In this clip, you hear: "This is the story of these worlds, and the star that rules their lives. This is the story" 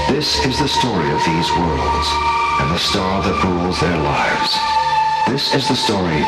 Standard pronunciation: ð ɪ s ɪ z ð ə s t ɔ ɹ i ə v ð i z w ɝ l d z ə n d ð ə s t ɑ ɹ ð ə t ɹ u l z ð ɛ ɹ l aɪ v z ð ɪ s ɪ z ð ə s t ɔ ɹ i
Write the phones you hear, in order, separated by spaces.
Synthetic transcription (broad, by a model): ð ɪ s ɪ z ð ə s t ɔ ɹ i ə v ð i z w ɝ l d z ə n ð ə s t ɑ ɹ ð ə t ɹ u l z ð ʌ ɹ l aɪ v z ð ɪ s ɪ z ð ə s t ɔ ɹ i